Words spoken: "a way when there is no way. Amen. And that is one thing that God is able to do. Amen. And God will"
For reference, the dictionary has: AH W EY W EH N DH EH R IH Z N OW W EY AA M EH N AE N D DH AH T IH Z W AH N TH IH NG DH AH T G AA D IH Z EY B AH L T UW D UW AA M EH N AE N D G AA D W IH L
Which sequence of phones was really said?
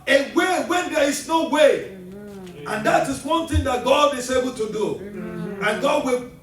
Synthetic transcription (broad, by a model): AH W EY W EH N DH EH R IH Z N OW W EY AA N N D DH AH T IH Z W AH N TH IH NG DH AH T G AA D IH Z EY B AH L T UW D UW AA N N G AA D W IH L